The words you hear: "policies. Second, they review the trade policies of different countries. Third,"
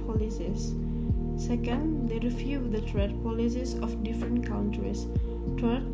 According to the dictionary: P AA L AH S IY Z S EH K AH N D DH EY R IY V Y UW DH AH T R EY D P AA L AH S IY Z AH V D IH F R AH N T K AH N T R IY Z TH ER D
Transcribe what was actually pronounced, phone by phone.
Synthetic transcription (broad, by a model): P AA L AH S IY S S EH K AH N D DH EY R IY F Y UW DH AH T R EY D P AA L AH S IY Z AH F D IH F R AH N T K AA N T R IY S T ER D